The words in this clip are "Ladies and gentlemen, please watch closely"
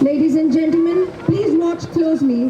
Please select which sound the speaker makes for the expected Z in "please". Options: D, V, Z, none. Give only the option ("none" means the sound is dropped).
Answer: Z